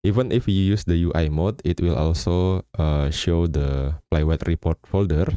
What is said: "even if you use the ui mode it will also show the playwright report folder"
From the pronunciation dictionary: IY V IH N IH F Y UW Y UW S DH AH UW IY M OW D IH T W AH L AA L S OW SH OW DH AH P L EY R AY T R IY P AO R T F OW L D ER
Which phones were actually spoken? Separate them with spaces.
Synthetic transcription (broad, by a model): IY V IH N IH F Y UW Y UW S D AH UW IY M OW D IH T W AH L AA L S OW SH OW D AH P L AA W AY T R IY P AO R T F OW L D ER